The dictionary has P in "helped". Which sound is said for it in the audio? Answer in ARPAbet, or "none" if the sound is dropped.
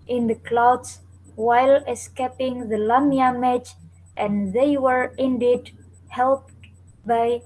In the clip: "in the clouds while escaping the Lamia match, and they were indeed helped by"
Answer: P